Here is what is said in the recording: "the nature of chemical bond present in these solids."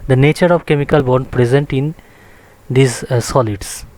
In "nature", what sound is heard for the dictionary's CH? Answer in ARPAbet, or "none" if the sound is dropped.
CH